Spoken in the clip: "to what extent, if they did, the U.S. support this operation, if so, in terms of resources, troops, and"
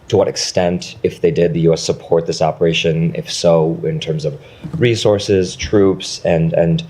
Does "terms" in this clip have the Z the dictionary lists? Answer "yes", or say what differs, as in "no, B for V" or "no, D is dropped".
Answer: yes